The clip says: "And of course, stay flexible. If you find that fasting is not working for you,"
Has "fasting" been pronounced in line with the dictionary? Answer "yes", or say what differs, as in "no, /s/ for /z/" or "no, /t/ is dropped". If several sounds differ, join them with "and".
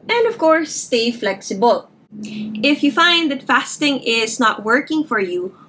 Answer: yes